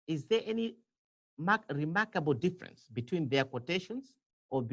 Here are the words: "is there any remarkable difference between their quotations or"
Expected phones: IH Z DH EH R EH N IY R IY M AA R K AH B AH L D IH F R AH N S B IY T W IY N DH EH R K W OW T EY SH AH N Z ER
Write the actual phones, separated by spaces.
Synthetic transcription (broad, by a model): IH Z DH EH R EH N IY R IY M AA R K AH B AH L D IH F R AH N S B IY T W IY N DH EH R K W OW T EY SH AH N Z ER